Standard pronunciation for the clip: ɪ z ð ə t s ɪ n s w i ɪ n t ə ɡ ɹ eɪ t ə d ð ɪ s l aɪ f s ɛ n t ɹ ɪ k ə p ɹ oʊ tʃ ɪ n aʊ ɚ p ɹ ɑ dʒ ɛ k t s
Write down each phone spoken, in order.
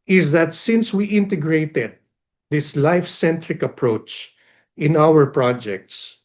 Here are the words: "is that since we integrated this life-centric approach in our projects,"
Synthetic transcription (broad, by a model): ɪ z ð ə t s ɪ n s w i ɪ n t ə ɡ ɹ eɪ t ə d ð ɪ s l aɪ f s ɛ n t ɹ ɪ k ə p ɹ oʊ tʃ ɪ n aʊ ɚ p ɹ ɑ dʒ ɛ k t s